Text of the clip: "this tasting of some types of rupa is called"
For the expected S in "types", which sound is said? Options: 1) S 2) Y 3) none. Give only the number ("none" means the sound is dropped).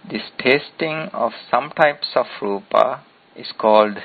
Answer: 1